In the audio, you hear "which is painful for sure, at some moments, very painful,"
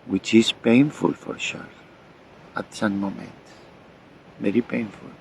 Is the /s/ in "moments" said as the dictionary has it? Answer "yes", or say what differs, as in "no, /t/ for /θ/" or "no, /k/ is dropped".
no, /s/ is dropped